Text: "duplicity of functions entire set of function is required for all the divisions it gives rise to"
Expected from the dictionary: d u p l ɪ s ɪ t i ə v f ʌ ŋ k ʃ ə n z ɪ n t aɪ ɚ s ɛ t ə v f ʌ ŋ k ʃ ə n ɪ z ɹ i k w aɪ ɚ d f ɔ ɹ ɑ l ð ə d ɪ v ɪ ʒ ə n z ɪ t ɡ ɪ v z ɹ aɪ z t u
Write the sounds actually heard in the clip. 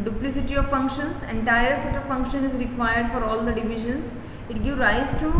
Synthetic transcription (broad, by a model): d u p l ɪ s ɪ t i ə v f ʌ ŋ k ʃ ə n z ɪ n t aɪ ɚ s ɛ t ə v f ʌ ŋ k ʃ ə n ɪ z ɹ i k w aɪ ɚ d f ɔ ɹ ɑ l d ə d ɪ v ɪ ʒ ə n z ɪ t ɡ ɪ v ɹ aɪ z t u